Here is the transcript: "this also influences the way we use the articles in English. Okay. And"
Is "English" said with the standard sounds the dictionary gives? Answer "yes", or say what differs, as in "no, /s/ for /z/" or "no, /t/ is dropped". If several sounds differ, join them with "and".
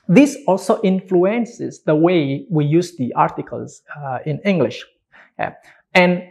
yes